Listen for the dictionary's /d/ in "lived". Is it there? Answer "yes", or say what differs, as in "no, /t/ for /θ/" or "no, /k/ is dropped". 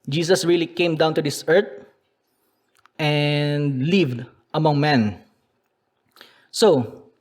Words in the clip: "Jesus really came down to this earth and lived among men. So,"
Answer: yes